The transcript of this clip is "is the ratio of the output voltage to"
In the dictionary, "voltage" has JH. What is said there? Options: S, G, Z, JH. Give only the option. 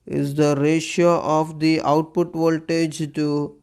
JH